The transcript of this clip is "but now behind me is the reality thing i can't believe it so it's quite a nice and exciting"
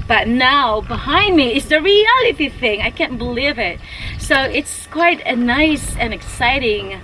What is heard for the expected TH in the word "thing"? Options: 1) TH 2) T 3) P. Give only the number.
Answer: 1